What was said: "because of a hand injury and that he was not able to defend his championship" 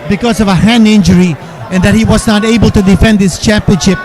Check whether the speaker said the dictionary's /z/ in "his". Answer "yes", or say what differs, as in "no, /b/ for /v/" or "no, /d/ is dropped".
no, /s/ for /z/